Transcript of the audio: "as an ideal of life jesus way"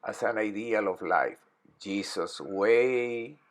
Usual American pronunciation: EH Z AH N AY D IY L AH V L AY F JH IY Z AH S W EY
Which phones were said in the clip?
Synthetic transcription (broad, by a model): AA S AH N AY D IY L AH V L AY F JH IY S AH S W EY